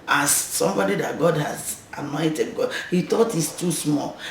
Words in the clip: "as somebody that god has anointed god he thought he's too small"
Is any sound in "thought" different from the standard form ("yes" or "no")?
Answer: yes